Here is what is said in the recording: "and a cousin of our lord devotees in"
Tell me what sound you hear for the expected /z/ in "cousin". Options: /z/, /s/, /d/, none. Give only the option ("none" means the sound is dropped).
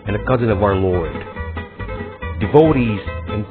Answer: /z/